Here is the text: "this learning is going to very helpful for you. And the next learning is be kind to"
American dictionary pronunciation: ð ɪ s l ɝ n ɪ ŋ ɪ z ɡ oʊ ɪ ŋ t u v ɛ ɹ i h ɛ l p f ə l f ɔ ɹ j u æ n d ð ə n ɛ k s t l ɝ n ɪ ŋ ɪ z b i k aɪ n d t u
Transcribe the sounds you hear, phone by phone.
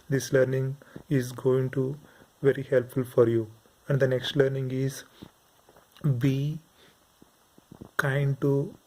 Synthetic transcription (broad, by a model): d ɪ s l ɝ n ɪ ŋ ɪ z ɡ oʊ ɪ ŋ t u v ɛ ɹ i h ɛ l p f ə l f ɔ ɹ j u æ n d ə n ɛ k s t l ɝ n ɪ ŋ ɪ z b i k aɪ n d t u